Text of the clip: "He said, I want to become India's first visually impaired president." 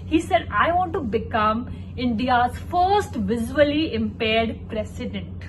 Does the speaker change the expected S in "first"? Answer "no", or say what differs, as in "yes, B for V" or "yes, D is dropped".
no